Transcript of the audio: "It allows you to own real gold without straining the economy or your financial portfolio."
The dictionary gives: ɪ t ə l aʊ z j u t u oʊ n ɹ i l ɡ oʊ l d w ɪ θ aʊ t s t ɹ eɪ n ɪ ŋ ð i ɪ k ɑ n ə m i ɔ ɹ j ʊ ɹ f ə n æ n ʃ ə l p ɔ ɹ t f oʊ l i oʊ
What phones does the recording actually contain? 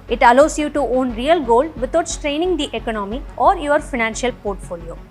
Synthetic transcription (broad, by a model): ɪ t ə l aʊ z j u t u oʊ n ɹ i l ɡ oʊ l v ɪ t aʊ t s t ɹ eɪ n ɪ ŋ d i ɪ k ɑ n ə m i ɔ ɹ j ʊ ɹ f ə n æ n ʃ ə l p ɔ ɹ t f oʊ l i oʊ